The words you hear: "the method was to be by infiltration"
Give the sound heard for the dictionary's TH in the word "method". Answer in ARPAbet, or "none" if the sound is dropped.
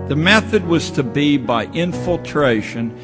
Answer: TH